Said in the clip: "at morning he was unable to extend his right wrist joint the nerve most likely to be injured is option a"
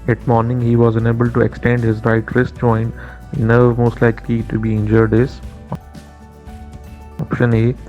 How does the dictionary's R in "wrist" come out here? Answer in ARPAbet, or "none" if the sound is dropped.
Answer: R